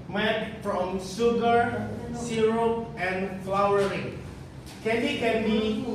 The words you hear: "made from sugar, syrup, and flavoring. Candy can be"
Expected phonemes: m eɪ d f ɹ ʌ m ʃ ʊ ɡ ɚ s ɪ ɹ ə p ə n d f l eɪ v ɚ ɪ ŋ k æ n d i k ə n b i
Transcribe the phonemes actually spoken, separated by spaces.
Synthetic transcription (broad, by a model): m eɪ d f ɹ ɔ m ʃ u ɡ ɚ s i ɹ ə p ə n f l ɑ w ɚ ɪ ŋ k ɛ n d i k ə n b i